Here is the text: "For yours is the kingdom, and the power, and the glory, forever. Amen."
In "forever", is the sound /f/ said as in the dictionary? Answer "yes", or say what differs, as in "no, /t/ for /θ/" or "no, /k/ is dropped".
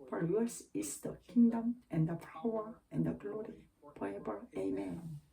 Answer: no, /p/ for /f/